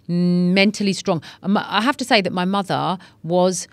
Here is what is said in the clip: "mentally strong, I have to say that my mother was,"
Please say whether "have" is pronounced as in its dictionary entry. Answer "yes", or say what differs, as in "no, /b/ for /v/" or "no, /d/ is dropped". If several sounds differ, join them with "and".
no, /f/ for /v/